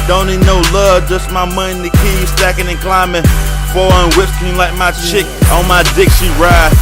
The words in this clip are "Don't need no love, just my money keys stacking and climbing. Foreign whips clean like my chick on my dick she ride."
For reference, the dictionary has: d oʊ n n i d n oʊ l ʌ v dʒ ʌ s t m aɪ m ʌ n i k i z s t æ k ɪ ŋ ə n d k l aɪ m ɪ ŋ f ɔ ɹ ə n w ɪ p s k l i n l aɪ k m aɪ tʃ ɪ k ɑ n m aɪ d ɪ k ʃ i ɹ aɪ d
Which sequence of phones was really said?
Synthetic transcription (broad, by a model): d oʊ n n i d n oʊ l ʌ v dʒ ʌ s t m aɪ m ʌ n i k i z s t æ k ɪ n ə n k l aɪ m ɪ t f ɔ l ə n w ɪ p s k i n l aɪ k m aɪ tʃ ɪ k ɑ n m aɪ d ɪ k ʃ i ɹ aɪ